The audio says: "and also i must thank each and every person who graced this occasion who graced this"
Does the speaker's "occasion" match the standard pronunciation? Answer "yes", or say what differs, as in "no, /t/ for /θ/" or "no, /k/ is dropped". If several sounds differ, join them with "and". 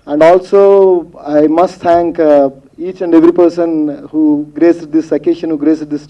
no, /ʃ/ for /ʒ/